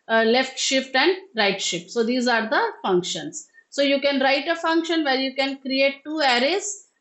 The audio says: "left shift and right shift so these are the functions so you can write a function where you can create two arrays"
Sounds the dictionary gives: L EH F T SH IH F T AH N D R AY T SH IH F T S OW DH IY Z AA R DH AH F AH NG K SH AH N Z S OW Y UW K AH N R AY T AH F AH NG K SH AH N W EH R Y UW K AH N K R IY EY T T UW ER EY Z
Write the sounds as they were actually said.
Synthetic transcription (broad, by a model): L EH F T SH IH F T AH N D R AY T SH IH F T S OW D IY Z AA R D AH F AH NG K SH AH N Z S OW Y UW K AH N R AY T AH F AH NG K SH AH N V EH R Y UW K AH N K R IY EY T T UW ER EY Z